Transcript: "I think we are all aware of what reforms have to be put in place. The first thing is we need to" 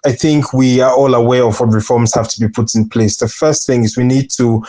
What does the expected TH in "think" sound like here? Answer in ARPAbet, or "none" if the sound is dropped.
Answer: TH